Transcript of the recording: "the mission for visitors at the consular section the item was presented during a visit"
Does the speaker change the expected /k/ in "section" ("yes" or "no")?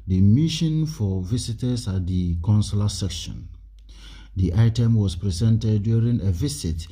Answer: no